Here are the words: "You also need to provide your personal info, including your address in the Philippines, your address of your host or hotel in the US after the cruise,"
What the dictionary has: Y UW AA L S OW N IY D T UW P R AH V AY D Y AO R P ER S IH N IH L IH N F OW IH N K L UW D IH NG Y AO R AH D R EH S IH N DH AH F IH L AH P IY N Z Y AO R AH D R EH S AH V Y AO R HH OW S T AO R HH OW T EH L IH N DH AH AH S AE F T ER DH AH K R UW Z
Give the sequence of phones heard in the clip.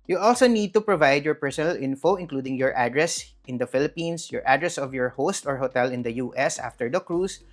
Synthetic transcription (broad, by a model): Y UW AA L S OW N IY D T UW P R AH V AY D Y AO R P ER S IH N IH L IH N F OW IH N K L UW D IH NG Y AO R AH D R EH S IH N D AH F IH L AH P IY N S Y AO R AH D R EH S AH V Y AO R HH OW S T AO R HH OW T EH L IH N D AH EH S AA F T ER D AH K R UW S